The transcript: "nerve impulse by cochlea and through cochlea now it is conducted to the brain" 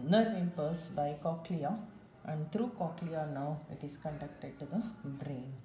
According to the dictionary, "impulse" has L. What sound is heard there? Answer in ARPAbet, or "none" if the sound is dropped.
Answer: none